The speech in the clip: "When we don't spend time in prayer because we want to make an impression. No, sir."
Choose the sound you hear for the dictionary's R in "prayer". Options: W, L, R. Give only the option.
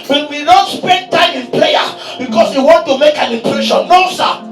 L